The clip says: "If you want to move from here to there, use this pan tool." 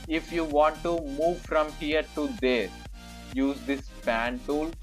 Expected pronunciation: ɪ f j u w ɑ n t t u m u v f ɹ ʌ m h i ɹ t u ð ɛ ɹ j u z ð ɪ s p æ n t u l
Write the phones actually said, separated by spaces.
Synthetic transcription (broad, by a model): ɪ f j u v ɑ n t t u m u v f ɹ ʌ m h i ɹ t u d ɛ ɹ j u z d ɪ s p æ n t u l